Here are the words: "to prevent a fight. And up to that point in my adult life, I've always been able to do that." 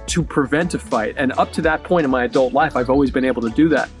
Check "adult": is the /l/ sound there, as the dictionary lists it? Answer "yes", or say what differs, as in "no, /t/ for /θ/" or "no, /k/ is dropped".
yes